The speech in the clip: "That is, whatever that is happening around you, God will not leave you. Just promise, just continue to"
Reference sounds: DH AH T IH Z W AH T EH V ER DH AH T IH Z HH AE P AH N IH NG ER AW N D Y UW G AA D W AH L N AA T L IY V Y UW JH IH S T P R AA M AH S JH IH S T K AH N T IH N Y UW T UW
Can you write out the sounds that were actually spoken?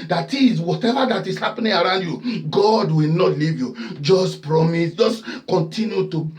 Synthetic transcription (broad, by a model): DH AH T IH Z W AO T EH V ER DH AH T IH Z HH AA P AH N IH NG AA AW N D Y UW G AA D W AH L N AA T L IY V Y UW JH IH S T P R AA M AH S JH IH S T K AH N T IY N Y UW T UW